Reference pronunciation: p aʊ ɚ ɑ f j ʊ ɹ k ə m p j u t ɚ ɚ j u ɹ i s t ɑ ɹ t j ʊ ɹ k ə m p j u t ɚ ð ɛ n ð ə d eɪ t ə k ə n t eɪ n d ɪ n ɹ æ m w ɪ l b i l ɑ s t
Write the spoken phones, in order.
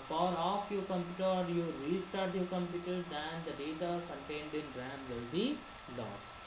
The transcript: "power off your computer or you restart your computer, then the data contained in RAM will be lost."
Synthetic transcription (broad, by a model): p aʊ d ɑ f j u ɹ k ə m p j u t ɚ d j u ɹ i s t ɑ ɹ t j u k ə m p j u t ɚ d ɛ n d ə d eɪ t ə k ə n t eɪ n d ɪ n ɹ æ m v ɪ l b i l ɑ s